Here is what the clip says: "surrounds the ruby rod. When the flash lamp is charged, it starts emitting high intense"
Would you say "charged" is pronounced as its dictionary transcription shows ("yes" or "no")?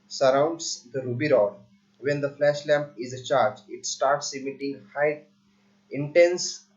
no